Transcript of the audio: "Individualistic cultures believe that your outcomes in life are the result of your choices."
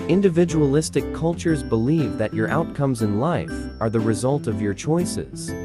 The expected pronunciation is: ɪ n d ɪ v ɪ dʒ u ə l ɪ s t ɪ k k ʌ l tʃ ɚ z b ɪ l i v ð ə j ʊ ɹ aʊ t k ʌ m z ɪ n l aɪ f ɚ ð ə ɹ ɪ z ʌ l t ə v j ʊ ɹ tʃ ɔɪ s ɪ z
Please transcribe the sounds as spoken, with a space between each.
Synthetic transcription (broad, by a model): ɪ n d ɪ v ɪ dʒ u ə l ɪ s t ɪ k k ʌ l tʃ ɚ z b ɪ l i v ð ə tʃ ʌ ɹ aʊ t k ʌ m z ɪ n l aɪ f ɚ ð ə ɹ ɪ z ʌ l t ə v j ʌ ɹ tʃ ɔɪ s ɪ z